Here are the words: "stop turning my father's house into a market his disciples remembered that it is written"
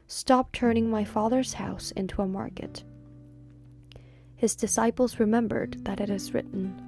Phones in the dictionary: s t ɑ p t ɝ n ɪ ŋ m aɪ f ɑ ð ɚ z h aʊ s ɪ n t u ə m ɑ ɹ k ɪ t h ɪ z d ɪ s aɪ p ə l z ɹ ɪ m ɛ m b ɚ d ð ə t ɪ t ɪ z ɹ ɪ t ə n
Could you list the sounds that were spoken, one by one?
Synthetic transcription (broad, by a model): s t ɑ p t ɝ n ɪ ŋ m aɪ f ɑ ð ɚ z h aʊ s ɪ n t u ə m ɑ ɹ k ɪ t h ɪ z d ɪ s aɪ p l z ɹ ɪ m ɛ m b ɚ d ð ə t ɪ t ɪ z ɹ ɪ t n